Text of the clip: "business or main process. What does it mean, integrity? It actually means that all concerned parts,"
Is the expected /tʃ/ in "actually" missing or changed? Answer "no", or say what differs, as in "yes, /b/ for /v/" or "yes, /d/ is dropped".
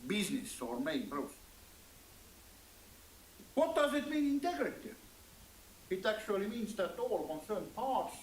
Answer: yes, /s/ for /tʃ/